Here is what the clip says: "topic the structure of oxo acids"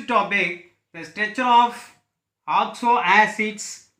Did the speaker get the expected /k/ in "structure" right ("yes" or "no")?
no